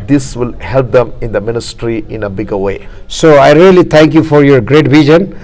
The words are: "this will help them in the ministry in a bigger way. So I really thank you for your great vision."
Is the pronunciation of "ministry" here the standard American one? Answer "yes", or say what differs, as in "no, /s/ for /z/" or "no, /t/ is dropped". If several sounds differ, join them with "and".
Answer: yes